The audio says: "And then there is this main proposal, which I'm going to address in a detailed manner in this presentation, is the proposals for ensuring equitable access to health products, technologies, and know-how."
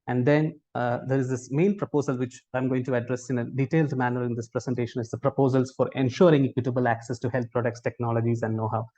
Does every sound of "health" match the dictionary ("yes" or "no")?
no